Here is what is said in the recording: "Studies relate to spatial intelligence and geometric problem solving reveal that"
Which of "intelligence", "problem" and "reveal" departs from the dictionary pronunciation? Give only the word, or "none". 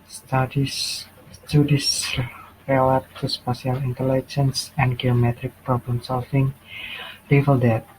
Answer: reveal